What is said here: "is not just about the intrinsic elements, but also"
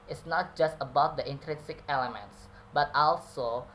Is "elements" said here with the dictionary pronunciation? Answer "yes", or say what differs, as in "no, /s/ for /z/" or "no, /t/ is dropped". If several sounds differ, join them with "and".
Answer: yes